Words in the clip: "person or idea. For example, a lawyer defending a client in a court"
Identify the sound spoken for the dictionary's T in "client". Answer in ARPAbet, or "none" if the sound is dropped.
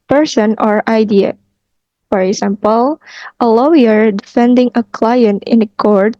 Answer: T